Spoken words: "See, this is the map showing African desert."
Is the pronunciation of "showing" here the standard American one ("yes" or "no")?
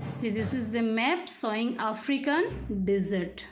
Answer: no